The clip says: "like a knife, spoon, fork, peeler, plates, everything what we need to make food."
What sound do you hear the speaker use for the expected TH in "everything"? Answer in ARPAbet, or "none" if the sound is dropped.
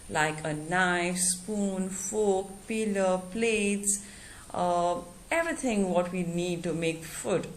T